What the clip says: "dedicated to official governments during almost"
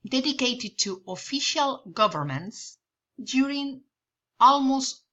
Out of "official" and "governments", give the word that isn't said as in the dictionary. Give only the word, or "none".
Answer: none